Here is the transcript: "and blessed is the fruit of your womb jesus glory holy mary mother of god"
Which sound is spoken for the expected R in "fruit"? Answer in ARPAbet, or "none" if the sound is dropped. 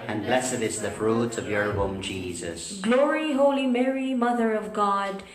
R